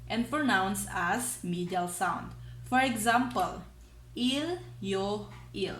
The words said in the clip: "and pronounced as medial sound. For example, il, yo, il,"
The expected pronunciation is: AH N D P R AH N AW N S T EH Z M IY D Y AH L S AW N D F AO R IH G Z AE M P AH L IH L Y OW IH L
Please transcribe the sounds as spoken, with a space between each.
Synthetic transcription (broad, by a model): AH N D P R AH N AW N S AA S M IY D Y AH L S AW N D F AO R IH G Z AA M P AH L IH L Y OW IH L